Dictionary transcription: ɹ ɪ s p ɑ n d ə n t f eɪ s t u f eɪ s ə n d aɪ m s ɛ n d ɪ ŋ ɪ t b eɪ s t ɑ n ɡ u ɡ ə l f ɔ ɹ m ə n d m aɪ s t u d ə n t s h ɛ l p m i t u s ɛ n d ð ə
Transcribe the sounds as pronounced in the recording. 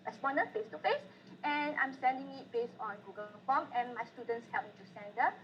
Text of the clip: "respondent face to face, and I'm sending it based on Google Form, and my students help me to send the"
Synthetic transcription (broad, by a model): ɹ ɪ s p ɑ n d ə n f eɪ s t u f eɪ s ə n aɪ m s ɛ n d ɪ ŋ ɪ t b eɪ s ɑ n ɡ u ɡ ə l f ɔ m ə n m aɪ s t u d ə n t s h ɛ l p m i t u s ɛ n d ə